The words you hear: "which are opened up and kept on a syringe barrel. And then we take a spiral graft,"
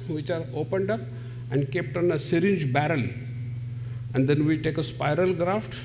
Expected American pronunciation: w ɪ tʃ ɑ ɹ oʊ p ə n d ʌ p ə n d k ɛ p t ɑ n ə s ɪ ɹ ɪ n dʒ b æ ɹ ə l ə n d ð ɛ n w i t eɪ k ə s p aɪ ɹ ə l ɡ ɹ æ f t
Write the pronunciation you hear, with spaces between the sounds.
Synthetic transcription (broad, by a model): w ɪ tʃ ɑ ɹ oʊ p ə n d ʌ p ə n d k ɛ p t ɑ n ə s ɪ ɹ ɪ n dʒ b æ ɹ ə l ə n d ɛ n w i t eɪ k ə s p aɪ ɹ ə l ɡ ɹ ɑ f t